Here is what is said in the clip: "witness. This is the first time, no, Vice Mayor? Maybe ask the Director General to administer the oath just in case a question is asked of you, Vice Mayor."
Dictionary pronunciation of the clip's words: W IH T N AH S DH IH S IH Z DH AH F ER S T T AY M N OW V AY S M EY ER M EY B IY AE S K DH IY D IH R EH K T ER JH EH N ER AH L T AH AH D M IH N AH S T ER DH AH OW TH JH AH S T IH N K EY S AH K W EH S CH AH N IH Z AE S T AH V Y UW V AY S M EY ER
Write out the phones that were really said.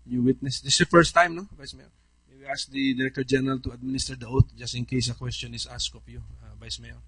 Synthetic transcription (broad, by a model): W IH T N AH S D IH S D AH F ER S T T AY M N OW V AY S M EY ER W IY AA S K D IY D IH R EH K T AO JH EH N ER AH L T AH AH D M IH N AH S T ER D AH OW T JH AH S T IH N K EY S AH K W EH S CH AH N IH S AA S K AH P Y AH V AY S M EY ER